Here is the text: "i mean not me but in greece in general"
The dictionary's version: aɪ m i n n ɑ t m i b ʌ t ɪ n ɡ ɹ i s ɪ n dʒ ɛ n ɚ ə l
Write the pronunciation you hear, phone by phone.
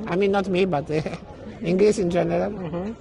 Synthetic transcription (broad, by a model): aɪ m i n n ɑ t m i b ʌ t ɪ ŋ ɡ l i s ɪ n dʒ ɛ n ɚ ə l